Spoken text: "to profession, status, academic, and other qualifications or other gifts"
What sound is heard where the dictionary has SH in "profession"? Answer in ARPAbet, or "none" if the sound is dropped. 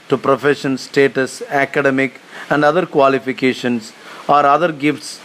SH